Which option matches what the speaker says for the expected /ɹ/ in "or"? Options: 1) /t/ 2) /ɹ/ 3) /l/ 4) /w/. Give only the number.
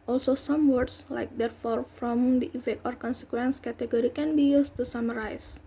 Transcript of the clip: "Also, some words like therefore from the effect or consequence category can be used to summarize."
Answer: 2